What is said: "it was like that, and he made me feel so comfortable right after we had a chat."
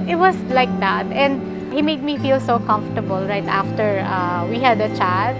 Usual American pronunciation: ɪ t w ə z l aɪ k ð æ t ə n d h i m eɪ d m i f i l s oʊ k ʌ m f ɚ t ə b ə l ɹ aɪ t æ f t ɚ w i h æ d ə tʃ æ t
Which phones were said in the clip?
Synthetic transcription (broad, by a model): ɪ t w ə s l aɪ k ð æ t ə n d h i m eɪ d m i f i l s oʊ k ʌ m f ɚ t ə b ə l ɹ aɪ t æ f t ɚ w i h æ d ə tʃ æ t